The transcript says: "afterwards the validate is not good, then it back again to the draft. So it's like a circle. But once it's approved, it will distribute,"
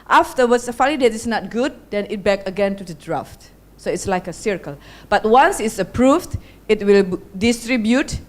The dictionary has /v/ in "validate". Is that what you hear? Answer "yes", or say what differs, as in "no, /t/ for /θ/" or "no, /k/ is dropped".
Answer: no, /f/ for /v/